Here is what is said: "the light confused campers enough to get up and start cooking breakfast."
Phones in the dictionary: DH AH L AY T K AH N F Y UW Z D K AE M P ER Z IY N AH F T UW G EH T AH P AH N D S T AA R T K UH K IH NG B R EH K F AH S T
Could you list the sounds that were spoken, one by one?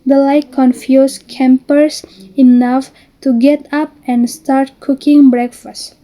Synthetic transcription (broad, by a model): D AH L AY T K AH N F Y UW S K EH M P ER S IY N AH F T UW G EH T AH P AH N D S T AA R T K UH K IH NG B R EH K F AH S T